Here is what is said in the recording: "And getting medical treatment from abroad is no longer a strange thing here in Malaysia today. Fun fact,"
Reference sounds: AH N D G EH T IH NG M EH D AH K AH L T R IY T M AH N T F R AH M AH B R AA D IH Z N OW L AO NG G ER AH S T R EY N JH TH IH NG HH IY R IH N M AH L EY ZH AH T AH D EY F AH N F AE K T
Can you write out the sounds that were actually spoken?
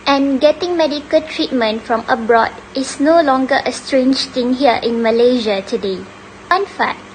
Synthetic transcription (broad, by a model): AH N G EH T IH NG M EH D AH K AH L T R IY T M AH N T F R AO M AH B R AA D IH S N OW L AO NG G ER AH S T R EY N JH T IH NG HH IY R IH N M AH L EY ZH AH T AH D EY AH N F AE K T